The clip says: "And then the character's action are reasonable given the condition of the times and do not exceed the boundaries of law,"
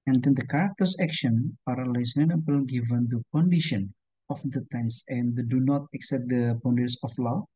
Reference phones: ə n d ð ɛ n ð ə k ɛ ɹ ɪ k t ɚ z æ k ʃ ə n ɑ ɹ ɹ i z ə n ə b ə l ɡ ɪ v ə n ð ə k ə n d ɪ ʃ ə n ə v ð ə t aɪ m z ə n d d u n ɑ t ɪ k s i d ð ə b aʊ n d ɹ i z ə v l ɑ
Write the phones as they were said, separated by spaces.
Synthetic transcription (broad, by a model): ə n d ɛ n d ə k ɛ ɹ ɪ k t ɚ s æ k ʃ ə n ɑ ɹ l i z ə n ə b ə l ɡ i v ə n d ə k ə n d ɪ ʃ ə n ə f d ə t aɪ m s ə n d d u n ɑ t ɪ k s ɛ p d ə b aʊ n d i s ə f l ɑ